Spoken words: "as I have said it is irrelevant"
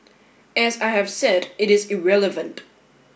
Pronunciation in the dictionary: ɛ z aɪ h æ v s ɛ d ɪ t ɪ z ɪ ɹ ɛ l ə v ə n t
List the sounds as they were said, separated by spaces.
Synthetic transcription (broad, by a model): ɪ z aɪ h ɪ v s ɛ d ɪ t ɪ z ɪ ɹ ɛ l ə v ə n t